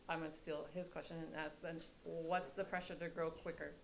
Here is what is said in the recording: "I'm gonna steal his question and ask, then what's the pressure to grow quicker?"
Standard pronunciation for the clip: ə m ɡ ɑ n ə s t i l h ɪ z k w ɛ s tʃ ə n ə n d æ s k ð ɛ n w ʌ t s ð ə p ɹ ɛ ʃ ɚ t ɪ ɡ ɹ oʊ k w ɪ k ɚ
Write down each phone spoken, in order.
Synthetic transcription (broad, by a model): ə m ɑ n s t i l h ɪ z k w ɛ s tʃ ə n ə n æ s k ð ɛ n w ʌ t s ð ə p ɹ ɛ ʃ ɚ t ɪ ɡ ɹ oʊ k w ɪ k ɚ